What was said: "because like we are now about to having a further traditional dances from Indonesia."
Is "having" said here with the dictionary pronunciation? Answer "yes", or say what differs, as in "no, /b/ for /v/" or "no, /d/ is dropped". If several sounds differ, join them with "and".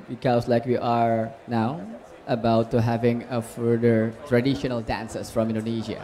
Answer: yes